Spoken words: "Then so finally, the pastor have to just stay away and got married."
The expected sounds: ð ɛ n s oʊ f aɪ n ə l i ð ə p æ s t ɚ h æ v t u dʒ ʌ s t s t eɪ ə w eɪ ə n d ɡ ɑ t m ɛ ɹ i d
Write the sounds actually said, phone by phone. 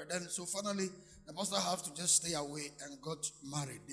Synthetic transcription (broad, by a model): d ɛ n s oʊ f aɪ n ə l i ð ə b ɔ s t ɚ h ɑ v t u dʒ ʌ s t s t eɪ ə w eɪ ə n ɡ ɑ t m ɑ ɹ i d